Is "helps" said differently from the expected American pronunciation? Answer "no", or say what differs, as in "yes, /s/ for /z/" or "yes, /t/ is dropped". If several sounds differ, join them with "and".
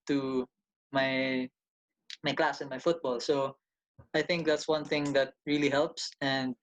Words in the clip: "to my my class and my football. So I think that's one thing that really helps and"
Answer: no